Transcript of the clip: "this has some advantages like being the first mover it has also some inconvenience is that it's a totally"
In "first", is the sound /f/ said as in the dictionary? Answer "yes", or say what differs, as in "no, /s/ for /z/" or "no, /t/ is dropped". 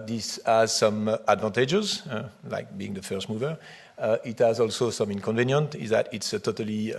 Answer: yes